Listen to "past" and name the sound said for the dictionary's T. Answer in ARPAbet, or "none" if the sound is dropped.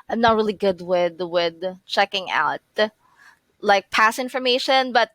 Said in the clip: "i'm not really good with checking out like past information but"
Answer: none